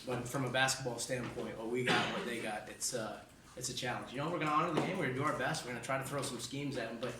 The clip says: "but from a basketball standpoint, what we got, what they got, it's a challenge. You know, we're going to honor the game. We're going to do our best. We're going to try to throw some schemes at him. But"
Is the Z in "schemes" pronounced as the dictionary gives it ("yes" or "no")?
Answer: yes